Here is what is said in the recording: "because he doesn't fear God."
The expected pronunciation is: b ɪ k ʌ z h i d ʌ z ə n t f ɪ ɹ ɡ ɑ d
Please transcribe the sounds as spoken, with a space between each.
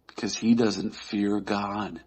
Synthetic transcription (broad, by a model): k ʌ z h i d ʌ z ə n t f ɪ ɹ ɡ ɑ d